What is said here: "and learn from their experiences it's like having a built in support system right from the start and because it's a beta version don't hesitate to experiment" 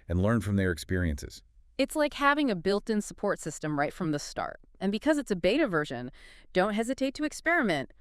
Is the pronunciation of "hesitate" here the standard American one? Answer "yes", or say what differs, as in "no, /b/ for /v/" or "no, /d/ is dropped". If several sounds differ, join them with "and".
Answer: yes